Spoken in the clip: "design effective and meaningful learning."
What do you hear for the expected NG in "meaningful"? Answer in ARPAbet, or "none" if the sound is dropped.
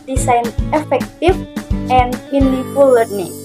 none